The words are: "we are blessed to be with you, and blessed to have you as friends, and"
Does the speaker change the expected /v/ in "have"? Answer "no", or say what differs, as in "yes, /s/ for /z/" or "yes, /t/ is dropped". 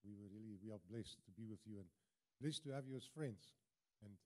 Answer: no